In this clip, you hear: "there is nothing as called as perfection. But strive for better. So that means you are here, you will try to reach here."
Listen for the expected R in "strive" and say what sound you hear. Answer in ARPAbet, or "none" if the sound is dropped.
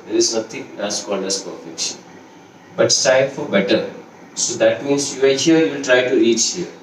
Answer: none